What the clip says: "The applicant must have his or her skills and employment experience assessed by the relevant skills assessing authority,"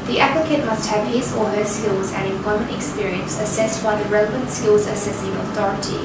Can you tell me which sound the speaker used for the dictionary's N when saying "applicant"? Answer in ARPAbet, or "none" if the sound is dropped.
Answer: none